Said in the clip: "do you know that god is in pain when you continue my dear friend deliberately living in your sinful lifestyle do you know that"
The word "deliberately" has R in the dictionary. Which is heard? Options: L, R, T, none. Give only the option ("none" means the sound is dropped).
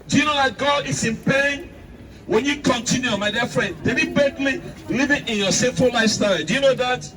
none